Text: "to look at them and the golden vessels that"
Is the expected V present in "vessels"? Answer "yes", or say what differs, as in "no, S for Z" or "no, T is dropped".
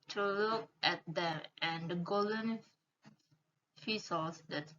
no, F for V